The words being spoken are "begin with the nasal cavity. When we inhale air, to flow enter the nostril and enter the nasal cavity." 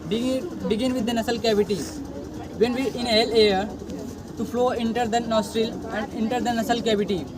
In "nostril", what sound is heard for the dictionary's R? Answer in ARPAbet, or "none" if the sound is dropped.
R